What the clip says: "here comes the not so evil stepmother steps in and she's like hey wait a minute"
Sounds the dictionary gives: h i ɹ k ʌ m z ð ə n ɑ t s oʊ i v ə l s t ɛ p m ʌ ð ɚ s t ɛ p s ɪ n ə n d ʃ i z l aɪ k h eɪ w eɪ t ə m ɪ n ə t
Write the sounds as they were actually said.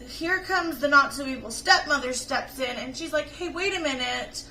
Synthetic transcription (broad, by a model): h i ɹ k ʌ m z ð ə n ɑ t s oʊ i ə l s t ɛ p m ʌ ð ɚ s t ɛ p s ɪ n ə n ʃ i z l aɪ k h eɪ w eɪ t ə m ɪ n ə t